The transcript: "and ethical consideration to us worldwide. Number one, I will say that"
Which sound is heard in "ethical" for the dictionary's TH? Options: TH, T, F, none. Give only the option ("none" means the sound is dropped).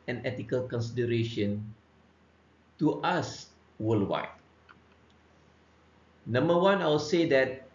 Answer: T